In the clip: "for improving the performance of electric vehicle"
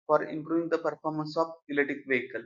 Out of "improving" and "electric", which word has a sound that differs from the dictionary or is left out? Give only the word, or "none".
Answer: electric